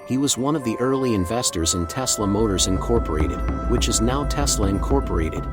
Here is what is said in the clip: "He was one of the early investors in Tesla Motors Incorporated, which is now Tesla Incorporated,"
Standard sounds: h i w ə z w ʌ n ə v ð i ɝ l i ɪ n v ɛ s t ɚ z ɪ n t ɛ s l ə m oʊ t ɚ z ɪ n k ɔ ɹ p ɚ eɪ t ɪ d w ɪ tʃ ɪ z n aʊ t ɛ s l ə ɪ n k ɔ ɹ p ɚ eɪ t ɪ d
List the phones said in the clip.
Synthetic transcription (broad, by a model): h i w ə z w ʌ n ə v ð i ɝ l i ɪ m v ɛ s t ɚ z ɪ n t ɛ s l ə m oʊ t ɚ z ɪ n k ɔ ɹ p ɚ eɪ t ɪ d w ɪ tʃ ɪ z n aʊ t ɛ s l ə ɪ n k ɔ ɹ p ɚ eɪ t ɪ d